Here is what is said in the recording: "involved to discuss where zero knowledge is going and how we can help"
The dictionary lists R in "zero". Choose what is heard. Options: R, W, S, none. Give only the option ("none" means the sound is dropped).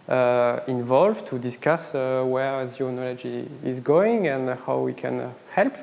none